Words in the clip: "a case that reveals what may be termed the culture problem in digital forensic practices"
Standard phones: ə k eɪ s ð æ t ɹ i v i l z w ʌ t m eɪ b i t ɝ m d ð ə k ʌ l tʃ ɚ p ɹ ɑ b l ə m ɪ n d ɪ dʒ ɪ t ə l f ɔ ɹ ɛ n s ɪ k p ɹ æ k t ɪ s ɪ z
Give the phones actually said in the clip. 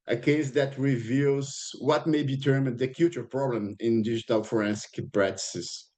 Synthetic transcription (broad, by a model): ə k eɪ s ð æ t ɹ i v i l z w ʌ t m eɪ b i t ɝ m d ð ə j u tʃ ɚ p ɹ ɑ b l ə m ɪ n d ɪ dʒ ɪ t ə l f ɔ ɹ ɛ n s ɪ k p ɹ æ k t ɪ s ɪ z